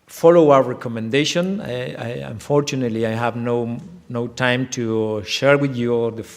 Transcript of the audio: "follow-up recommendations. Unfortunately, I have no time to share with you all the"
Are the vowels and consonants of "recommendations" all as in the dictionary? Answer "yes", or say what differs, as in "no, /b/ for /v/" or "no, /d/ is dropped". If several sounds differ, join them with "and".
no, /z/ is dropped